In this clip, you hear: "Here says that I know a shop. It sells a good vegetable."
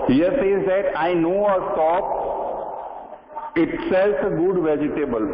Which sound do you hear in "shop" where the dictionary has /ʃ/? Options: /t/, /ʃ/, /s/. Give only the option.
/s/